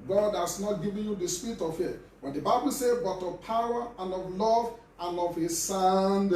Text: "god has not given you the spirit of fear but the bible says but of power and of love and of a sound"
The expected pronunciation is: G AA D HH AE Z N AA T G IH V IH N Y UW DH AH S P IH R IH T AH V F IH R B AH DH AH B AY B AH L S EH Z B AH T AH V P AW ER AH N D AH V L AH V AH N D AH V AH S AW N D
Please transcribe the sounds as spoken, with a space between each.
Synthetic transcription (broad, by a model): G AA D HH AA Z N AA T G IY V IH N Y UW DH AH S P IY R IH T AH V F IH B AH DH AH B AY B AH L S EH B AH T AH V P AW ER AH N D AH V L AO V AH N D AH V AH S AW N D